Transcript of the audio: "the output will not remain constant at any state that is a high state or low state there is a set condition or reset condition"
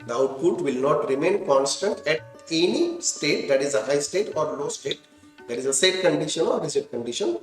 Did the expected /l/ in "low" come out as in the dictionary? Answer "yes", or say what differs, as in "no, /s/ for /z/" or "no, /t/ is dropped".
yes